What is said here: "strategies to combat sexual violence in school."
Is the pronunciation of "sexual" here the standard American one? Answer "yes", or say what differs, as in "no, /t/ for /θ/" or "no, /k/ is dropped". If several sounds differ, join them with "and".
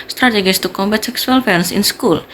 no, /s/ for /ʃ/